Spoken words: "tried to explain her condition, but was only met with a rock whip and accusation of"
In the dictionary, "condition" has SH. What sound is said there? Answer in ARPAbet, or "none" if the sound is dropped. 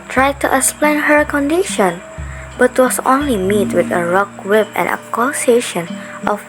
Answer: SH